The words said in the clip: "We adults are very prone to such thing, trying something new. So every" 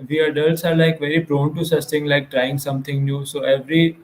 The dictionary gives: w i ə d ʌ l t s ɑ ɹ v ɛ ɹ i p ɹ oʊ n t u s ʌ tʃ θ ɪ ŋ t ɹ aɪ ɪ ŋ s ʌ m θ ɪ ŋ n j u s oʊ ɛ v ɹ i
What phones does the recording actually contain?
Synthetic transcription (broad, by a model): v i ə d ʌ l t s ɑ ɹ v ɛ ɹ i p ɹ oʊ n t u s ʌ tʃ t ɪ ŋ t ɹ aɪ ɪ ŋ s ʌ m t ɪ ŋ n j u s oʊ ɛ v ɹ i